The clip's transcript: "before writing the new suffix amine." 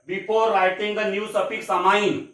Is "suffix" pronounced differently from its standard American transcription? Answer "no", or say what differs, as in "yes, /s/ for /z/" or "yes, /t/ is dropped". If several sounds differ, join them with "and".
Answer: yes, /p/ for /f/